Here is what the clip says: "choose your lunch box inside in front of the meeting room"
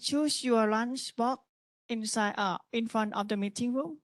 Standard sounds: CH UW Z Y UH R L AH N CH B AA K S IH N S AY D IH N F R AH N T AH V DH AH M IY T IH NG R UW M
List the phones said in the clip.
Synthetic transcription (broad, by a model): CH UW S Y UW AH L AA N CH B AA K IH N S AY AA IH N F R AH N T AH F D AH M IY T IH NG R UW M